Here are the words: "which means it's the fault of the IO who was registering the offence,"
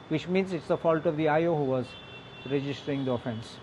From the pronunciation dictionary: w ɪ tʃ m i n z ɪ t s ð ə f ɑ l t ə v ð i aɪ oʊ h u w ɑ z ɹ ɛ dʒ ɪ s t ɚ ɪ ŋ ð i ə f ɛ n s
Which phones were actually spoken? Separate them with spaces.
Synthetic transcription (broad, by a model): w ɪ tʃ m i n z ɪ t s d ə f ɑ l t ə v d i aɪ oʊ h u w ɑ z ɹ ɛ dʒ ɪ s t ɚ ɪ ŋ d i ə f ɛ n s